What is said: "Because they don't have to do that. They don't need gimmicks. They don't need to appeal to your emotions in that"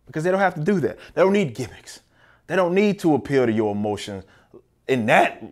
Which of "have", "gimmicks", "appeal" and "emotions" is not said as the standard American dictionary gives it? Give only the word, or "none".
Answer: have